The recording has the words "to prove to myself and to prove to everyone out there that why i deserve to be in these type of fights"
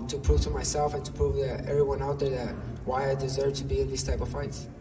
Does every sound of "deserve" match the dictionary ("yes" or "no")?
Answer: yes